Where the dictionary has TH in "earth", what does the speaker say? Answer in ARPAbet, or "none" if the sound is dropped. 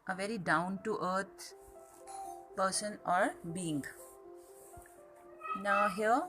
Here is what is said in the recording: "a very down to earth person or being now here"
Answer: T